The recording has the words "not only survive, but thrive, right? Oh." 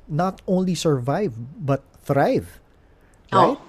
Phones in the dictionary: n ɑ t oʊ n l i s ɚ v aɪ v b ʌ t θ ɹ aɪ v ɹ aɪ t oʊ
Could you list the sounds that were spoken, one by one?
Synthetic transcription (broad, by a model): n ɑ t oʊ n l i s ɚ v aɪ v b ʌ t θ ɹ aɪ v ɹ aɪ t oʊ